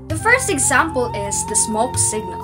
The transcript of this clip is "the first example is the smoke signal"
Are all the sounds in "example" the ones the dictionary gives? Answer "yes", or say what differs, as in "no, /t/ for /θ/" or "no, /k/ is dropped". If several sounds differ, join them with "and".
yes